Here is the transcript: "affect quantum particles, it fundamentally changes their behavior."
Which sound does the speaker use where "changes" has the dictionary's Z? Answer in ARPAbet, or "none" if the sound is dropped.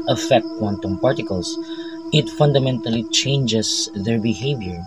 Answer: S